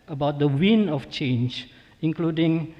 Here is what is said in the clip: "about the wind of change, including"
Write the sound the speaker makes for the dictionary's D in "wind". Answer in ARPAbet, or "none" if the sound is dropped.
none